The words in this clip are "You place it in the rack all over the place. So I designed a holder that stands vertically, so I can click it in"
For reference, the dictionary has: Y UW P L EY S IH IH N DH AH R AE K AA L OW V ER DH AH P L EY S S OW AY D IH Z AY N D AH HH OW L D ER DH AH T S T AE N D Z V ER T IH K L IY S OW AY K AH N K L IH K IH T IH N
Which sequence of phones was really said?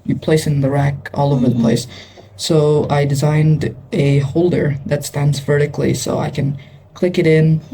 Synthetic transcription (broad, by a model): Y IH P L EY S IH IH N DH AH R AE K AA L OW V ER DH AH P L EY S S OW AY D IH Z AY N D AH HH OW L D ER DH AH T S T AE N D Z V ER T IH K L IY S OW AY K AH N K L IH K IH T IH N